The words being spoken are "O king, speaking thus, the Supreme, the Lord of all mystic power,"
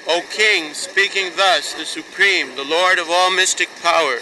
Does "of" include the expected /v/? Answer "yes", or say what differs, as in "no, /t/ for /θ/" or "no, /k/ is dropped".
yes